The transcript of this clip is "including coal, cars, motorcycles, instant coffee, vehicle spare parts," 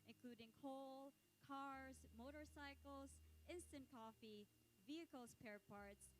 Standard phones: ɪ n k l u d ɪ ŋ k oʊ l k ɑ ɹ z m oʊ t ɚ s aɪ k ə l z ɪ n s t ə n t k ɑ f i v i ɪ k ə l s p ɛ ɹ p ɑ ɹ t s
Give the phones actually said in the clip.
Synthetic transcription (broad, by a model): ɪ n k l u d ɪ ŋ k oʊ l k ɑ ɹ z m oʊ t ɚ s aɪ k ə l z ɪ n s t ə n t k ɑ f i v i ɪ k ə l s p ɛ ɹ p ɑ ɹ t s